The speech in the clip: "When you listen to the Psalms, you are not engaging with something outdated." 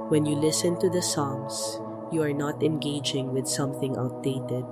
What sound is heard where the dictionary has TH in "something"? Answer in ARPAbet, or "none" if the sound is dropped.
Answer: TH